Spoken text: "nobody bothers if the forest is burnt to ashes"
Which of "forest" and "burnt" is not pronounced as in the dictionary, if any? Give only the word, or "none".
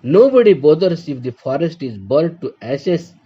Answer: burnt